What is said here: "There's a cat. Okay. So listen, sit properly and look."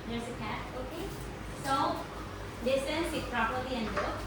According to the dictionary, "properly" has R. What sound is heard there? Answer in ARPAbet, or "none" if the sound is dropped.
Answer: R